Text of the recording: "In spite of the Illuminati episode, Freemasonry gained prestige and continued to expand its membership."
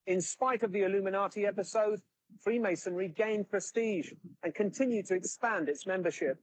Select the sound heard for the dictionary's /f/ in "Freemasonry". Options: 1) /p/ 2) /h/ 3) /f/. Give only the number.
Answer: 3